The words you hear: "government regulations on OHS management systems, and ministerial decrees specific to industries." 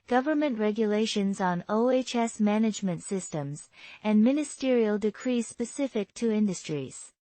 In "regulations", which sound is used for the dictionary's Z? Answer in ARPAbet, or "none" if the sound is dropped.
Z